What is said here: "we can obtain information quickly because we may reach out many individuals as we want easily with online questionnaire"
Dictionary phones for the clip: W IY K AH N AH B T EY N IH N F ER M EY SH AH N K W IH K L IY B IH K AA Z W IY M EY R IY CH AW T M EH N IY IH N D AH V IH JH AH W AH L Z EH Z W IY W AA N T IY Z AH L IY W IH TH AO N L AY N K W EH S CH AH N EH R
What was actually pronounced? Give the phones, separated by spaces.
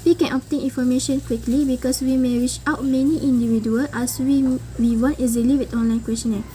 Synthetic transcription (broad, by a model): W IY K AH N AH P T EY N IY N F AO M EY SH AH N K W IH K L IY B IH K AA S W IY M EY R IY CH AW T M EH N IY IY N D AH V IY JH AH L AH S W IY W IY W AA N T IY Z AH L IY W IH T AO N L AY N K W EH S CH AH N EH